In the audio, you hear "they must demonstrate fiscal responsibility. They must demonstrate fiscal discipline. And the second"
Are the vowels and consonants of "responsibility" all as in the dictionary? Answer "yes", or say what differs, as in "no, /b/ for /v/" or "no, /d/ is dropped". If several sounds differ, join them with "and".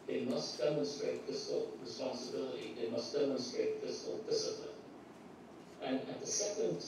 yes